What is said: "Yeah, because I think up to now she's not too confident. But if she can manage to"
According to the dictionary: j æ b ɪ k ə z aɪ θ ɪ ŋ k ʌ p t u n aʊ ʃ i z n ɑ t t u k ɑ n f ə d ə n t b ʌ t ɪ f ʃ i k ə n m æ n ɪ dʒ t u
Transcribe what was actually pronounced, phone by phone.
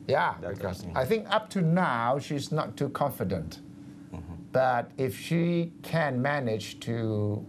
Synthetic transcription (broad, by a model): j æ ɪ ə θ ɪ ŋ k ʌ p t u n aʊ ʃ i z n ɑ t t u k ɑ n f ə d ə n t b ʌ t ɪ f ʃ i k ə n m æ n ɪ dʒ t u